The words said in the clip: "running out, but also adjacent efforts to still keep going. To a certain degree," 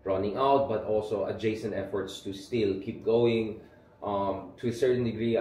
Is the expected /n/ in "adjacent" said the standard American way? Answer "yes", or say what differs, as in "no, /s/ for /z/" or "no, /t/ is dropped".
yes